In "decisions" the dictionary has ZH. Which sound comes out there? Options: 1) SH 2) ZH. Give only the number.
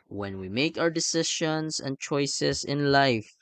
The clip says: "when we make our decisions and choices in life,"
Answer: 1